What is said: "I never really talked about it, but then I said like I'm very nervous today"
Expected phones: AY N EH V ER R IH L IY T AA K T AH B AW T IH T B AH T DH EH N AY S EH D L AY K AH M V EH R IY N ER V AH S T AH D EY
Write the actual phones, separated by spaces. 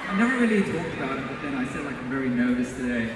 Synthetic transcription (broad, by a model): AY N EH V ER R IH L IY T AA K T AH B AW T IH T B AH T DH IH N AY S EH D L AY K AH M V EH R IY N ER V AH S T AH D EY